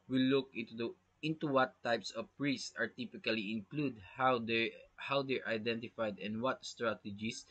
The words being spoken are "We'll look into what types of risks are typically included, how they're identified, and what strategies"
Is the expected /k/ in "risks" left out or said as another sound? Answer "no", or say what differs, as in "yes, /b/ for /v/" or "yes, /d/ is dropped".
yes, /k/ is dropped